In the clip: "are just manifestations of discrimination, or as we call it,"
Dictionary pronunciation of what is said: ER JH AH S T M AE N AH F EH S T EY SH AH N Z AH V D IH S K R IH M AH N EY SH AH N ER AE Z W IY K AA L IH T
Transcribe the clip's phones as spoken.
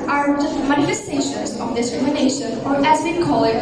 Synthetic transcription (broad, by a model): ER JH AH S T M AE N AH F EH S T EY SH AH N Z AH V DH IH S R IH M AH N EY SH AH N ER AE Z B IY K AA L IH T